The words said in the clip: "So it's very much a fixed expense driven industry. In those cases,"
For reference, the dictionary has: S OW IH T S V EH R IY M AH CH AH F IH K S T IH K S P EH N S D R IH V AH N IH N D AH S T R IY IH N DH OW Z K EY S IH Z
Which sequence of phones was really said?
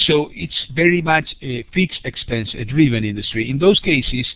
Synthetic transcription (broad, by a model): S OW IH T S V EH R IY M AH CH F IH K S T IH K S P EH N S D R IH V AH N IH N D AH S T R IY IH N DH OW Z K EY S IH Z